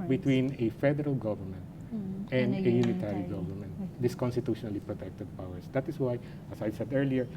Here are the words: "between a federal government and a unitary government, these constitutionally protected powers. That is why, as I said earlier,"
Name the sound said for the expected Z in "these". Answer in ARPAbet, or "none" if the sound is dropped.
S